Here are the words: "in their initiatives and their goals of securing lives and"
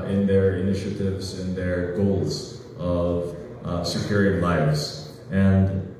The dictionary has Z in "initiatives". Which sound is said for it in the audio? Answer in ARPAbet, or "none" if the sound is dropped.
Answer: Z